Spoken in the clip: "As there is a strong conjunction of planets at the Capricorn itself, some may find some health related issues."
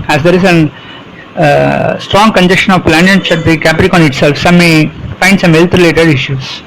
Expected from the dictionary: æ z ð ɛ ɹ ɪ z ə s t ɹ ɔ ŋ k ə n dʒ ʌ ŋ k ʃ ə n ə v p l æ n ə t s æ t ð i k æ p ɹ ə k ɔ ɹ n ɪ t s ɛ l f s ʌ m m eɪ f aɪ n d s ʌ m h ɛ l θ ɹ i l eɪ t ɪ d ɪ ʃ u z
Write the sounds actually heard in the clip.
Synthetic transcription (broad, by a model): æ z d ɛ ɹ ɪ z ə s t ɹ ɔ ŋ k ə n dʒ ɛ k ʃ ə n ə v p l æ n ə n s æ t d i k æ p ɹ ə k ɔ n ɪ t s ɛ l f s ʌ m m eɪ f aɪ n d s ʌ m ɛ l t ɹ i l eɪ t ɪ d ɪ ʃ u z